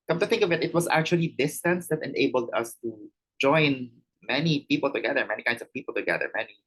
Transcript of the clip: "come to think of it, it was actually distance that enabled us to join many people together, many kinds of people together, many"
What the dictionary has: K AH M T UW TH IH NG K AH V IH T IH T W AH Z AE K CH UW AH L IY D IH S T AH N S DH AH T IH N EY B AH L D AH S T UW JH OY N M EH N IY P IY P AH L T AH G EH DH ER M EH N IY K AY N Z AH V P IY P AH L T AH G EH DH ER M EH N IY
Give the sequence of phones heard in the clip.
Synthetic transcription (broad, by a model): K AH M T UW TH IH NG K AH V IH T IH T W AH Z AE K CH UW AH L IY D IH S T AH N S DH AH T IH N EY B AH L D AH S T UW JH OY N M EH N IY P IY P AH L T AH G EH DH ER M EH N IY K AY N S AH V P IY P AH L T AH G EH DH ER M EH N IY